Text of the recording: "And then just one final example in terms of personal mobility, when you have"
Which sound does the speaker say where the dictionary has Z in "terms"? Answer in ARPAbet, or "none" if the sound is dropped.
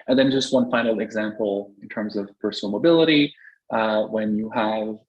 Z